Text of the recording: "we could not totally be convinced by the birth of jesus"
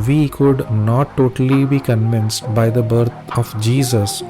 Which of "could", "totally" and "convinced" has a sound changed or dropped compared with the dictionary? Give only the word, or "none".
none